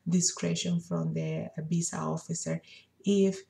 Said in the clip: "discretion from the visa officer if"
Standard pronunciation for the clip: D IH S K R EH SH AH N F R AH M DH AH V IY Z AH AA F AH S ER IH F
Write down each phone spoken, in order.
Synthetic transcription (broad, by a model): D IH S K R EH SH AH N F R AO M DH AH B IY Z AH AA F AH S ER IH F